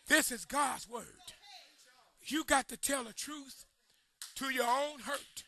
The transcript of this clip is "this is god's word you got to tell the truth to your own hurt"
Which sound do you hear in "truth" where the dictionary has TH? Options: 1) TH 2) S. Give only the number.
1